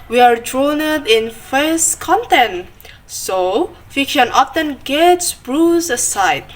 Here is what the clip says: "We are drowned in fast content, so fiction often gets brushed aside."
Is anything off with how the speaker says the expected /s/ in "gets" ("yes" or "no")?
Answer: no